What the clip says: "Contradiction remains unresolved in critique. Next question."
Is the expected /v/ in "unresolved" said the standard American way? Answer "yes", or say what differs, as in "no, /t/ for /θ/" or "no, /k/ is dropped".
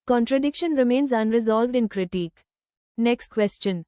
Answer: yes